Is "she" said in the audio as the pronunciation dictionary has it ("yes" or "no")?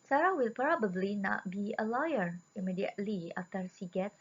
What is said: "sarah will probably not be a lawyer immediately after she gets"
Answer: no